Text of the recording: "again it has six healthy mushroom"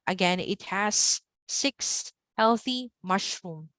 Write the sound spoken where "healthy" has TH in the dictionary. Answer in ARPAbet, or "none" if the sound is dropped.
TH